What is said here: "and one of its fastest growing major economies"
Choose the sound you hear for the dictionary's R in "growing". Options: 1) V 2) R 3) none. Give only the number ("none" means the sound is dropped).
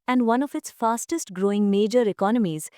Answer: 2